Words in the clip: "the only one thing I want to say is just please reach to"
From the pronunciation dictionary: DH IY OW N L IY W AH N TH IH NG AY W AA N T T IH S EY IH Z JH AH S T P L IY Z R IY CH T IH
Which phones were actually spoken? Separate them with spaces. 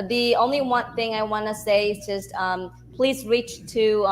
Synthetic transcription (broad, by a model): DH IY OW N L IY W AH N TH IH NG AY W AA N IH S EY IH Z JH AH S T P L IY Z R IY CH T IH